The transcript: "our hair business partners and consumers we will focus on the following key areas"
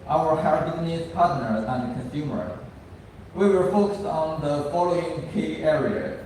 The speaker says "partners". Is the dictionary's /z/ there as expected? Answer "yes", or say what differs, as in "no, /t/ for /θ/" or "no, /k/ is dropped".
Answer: no, /z/ is dropped